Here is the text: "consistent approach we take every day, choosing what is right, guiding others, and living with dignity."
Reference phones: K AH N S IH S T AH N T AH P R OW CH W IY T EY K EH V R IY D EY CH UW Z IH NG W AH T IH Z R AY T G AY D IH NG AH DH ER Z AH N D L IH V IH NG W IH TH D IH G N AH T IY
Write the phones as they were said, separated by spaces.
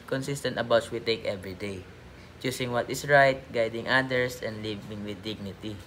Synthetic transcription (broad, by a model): K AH N S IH S T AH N T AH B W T S W IY T EY K EH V R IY D EY CH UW S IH NG W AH T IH S R AY T G AY D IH NG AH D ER S AH N D L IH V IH NG W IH D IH G N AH T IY